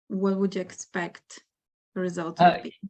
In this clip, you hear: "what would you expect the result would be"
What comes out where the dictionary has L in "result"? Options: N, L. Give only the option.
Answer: L